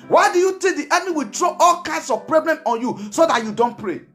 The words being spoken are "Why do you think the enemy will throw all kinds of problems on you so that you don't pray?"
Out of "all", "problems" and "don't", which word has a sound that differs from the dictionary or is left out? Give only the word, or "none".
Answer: problems